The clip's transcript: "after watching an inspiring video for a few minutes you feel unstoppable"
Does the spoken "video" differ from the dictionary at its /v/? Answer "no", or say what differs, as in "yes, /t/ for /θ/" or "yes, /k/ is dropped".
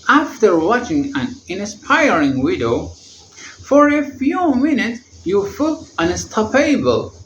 yes, /w/ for /v/